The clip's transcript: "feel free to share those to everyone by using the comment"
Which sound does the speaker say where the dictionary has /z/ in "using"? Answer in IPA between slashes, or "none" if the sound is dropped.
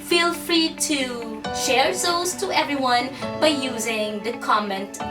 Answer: /z/